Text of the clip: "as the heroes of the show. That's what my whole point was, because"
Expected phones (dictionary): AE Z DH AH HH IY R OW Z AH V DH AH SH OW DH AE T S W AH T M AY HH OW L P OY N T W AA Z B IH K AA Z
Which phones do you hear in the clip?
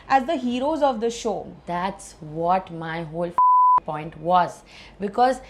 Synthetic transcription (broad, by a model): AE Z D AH HH IY R OW Z AH V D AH SH OW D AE T S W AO T M AY HH OW L P OY N T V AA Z B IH K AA Z